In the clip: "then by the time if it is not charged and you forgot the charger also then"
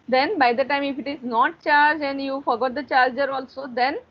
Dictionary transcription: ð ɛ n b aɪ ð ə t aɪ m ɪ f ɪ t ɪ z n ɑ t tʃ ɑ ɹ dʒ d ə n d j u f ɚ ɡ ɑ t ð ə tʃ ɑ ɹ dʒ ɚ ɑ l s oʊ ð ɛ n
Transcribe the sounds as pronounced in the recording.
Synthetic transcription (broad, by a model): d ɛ n b aɪ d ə t aɪ m ɪ f ɪ t ɪ z n ɑ t tʃ ɑ ɹ dʒ ə n d j u f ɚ ɡ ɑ t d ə tʃ ɑ ɹ dʒ ɚ ɑ l s oʊ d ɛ n